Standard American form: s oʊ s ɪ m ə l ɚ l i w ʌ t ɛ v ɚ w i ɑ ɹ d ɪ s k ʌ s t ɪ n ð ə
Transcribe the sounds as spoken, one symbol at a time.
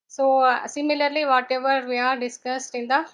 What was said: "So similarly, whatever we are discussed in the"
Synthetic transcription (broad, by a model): s oʊ s ɪ m ə l ɚ l i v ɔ t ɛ v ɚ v i ɑ ɹ d ɪ s k ʌ s t ɪ n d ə